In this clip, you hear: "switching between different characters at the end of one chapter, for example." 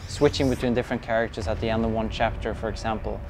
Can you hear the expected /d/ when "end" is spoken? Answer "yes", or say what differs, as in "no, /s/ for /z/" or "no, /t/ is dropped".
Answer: yes